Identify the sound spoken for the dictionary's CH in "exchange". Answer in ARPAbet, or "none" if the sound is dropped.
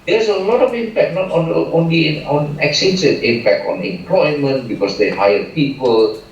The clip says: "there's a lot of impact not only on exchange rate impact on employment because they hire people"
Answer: none